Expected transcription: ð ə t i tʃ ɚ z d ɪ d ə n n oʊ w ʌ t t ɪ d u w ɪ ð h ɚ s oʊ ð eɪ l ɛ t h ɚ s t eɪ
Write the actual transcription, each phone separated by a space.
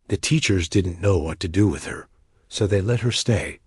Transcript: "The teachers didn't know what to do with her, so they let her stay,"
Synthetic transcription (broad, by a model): ð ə t i tʃ ɚ z d ɪ d n n oʊ w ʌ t t ɪ d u w ɪ ð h ɚ s oʊ ð eɪ l ɛ t h ɚ s t eɪ